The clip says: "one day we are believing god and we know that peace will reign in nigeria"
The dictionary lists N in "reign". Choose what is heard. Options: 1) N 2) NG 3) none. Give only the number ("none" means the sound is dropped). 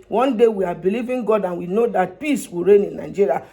1